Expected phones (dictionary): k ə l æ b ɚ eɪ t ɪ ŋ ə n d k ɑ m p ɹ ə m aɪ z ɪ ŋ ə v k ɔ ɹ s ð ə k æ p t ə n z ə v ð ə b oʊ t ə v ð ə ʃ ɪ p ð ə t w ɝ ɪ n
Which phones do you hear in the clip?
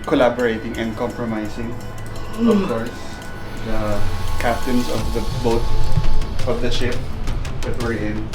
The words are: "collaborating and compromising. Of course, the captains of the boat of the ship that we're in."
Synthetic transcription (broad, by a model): k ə l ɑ b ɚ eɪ t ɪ ŋ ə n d k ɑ m p ɹ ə m aɪ s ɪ ŋ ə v k ɔ ɹ s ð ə k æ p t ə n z ə v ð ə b oʊ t ə v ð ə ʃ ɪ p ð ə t w ɝ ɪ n